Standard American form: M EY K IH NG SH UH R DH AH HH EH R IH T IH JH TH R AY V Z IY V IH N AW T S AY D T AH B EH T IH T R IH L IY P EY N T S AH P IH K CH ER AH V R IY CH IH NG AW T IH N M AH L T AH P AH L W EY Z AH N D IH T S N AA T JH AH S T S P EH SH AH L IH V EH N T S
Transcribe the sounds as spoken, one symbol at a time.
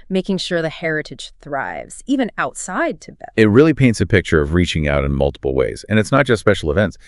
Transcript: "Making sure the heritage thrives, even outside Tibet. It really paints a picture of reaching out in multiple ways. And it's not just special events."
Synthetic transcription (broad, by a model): M EY K IH NG SH UH R DH AH HH EH R IH T IH JH TH R AY V Z IY V IH N AW T S AY D T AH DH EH IH T R IH L IY P EY N T S AH P IH K CH ER AH V R IY CH IH NG AW T IH N M AH L T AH P L W EY Z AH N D IH T S N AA T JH AH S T S P EH SH L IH V EH N T S